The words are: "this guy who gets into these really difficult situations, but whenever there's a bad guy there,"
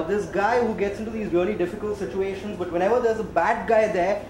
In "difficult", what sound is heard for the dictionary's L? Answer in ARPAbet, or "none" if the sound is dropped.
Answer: L